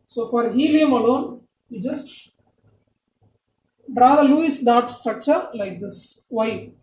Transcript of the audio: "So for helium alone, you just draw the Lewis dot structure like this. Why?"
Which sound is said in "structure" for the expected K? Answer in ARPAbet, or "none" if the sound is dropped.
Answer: K